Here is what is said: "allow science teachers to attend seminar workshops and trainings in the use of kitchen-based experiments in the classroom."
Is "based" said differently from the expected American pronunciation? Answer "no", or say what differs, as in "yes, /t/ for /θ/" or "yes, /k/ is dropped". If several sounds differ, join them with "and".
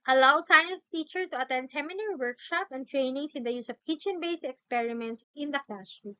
yes, /t/ is dropped